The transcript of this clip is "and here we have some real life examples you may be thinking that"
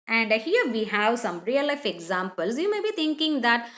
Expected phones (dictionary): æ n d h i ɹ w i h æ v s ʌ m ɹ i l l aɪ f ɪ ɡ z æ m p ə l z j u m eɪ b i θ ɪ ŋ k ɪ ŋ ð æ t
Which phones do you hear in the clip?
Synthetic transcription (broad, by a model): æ n d h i ɹ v i h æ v s ʌ m ɹ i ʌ l aɪ f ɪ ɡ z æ m p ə l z j u m eɪ b i t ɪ ŋ k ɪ ŋ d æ t